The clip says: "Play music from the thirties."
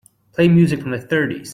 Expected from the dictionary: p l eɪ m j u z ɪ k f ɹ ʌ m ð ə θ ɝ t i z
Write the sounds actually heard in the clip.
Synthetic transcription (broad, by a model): p l eɪ m j u z ɪ k f ɹ ʌ m ð ə θ ɝ t i z